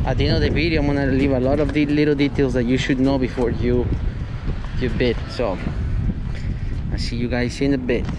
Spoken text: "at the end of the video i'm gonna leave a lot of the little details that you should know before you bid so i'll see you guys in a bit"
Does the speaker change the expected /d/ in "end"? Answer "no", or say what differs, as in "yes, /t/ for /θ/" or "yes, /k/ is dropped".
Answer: yes, /d/ is dropped